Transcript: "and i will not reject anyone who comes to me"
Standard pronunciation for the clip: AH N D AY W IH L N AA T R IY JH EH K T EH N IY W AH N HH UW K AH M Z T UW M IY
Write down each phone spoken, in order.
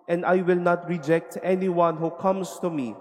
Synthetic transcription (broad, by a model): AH N D AY W IH L N AA T R IY JH EH K T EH N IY W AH N HH UW K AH M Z T UW M IY